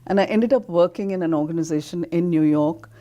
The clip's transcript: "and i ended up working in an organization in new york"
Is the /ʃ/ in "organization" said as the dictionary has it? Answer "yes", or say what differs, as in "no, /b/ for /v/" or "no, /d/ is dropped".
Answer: yes